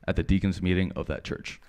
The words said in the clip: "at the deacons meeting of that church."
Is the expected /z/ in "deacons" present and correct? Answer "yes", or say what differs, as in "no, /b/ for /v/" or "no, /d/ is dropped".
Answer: yes